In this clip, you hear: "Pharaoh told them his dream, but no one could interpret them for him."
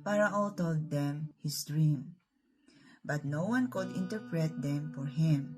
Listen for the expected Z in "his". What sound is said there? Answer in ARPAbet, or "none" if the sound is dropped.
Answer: S